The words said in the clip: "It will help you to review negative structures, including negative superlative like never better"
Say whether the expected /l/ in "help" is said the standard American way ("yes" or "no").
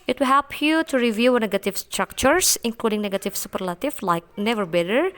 yes